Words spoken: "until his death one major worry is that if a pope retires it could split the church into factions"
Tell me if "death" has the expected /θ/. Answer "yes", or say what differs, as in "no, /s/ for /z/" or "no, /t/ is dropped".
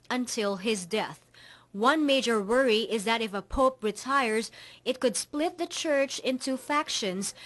yes